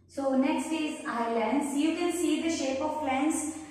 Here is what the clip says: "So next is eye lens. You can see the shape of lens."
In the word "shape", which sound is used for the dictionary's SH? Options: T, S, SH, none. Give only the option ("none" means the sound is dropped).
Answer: SH